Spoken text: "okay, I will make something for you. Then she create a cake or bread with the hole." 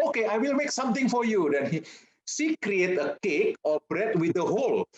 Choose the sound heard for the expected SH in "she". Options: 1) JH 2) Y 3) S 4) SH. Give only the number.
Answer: 3